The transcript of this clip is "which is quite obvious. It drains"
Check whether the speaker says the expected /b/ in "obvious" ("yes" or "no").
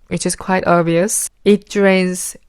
no